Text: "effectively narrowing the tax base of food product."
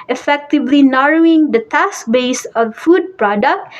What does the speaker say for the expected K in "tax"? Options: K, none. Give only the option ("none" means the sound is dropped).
none